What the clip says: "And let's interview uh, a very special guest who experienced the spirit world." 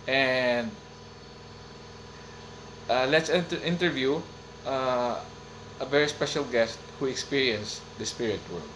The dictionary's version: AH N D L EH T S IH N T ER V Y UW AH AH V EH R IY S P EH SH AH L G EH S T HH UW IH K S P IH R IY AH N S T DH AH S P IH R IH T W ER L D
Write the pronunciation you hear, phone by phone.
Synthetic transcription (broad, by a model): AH N D L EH T S IH N T ER V Y UW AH AH V EH R IY S P EH SH AH L G EH S T HH UW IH K S P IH R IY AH N S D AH S P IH R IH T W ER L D